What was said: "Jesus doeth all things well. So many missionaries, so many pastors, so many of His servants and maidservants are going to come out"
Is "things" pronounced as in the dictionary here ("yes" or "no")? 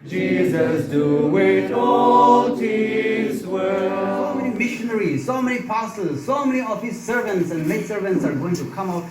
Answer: no